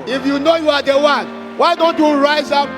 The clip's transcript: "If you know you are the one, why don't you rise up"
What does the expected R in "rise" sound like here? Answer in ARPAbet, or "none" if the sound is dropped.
R